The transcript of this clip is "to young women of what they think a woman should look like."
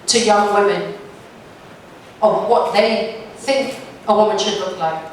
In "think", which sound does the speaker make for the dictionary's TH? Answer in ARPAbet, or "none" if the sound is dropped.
TH